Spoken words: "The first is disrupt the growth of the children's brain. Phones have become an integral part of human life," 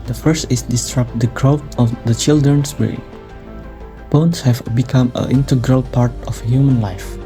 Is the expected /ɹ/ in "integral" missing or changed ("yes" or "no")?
no